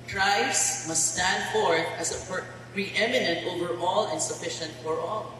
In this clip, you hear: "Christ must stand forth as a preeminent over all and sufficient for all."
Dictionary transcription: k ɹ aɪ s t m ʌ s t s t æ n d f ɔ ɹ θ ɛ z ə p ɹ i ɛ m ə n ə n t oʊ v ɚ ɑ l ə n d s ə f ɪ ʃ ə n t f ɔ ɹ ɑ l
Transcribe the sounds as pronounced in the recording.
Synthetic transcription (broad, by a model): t ɹ aɪ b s m ʌ s t s t æ n d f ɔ ɹ s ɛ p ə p ɹ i ɛ m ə n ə n t oʊ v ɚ ɑ l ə n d s ə f ɪ ʃ ə n t f ɔ ɹ ɑ l